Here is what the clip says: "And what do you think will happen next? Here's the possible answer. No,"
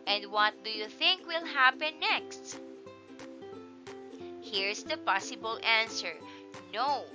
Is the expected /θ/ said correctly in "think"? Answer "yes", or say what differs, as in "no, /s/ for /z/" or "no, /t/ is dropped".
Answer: yes